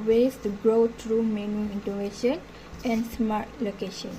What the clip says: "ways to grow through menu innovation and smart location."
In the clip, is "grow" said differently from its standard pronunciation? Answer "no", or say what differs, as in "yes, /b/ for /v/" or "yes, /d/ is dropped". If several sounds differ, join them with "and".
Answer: no